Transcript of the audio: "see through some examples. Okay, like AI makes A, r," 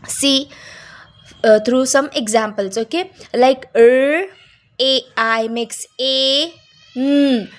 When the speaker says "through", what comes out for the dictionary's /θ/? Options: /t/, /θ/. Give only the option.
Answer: /t/